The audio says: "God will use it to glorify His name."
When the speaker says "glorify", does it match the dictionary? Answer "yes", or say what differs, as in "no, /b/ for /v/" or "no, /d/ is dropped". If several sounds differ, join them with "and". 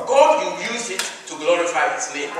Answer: yes